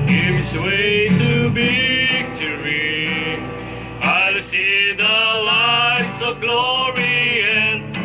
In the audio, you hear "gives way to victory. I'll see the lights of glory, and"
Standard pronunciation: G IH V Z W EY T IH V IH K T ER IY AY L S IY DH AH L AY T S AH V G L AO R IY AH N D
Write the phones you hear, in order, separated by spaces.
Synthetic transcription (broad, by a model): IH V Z W EY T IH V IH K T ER IY AY L S IY DH AH L AY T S AH V G L AO R IY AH N